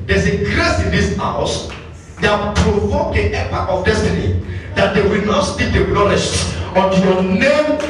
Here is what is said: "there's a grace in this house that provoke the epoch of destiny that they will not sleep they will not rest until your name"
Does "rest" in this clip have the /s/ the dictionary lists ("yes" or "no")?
no